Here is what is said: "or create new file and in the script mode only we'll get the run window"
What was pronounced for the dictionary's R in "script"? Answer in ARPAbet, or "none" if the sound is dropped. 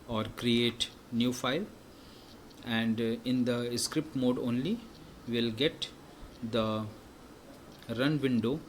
R